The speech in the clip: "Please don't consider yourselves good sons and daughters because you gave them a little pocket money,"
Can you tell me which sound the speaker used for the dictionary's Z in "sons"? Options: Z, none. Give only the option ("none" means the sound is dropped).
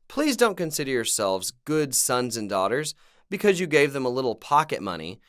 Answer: Z